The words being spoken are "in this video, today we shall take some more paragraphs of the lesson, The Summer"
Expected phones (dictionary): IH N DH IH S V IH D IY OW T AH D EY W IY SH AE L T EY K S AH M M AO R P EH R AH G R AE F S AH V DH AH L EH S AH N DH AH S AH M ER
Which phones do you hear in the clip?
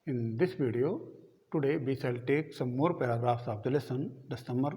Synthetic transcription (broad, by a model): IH N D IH S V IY D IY OW T AH D EY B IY S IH L T EY K S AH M M AO R P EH R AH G R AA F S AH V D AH L EH S AH N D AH S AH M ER